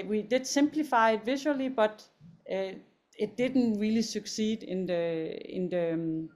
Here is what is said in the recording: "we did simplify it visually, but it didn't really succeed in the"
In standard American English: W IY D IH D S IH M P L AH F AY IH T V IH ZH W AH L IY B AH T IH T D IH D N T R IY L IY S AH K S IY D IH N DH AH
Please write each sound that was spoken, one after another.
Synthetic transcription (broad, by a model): W IY D IH D S IH M P L AH F AY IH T V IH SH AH L IY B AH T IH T D IH D N T R IY L IY S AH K S IY D IH N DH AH